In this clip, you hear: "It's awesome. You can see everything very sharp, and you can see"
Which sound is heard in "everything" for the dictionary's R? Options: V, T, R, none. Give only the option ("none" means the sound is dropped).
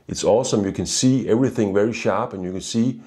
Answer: R